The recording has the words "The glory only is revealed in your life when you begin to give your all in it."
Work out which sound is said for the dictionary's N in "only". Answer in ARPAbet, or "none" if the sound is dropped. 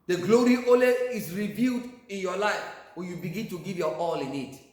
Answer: none